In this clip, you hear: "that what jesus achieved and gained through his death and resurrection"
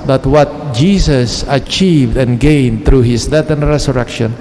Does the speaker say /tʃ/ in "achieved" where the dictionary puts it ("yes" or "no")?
yes